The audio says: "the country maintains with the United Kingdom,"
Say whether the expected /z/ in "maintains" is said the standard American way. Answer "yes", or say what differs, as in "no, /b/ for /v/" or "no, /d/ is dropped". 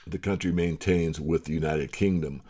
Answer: yes